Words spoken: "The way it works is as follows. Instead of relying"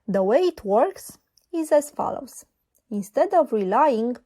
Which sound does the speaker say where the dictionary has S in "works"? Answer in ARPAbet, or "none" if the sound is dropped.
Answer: S